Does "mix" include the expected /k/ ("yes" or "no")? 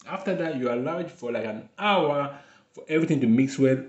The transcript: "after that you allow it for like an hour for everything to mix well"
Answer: yes